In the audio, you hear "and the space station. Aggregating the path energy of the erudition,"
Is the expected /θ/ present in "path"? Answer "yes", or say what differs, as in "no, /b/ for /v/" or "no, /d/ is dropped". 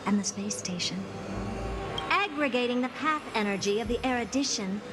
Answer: yes